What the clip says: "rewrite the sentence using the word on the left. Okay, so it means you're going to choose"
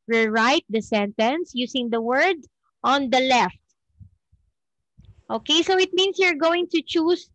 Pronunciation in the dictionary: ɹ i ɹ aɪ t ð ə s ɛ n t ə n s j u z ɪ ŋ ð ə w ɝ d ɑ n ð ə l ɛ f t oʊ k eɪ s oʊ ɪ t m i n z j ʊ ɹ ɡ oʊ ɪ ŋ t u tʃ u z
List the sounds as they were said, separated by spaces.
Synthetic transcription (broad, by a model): ɹ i ɹ aɪ t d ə s ɛ n t ə n s j u s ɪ ŋ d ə w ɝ d ɑ n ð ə l ɛ f t oʊ k eɪ s oʊ ɪ t m i n s j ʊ ɹ ɡ oʊ ɪ ŋ t u tʃ u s